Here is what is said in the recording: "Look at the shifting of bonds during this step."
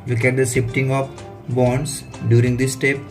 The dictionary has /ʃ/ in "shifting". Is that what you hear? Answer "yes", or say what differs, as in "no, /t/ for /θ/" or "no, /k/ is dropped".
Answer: no, /s/ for /ʃ/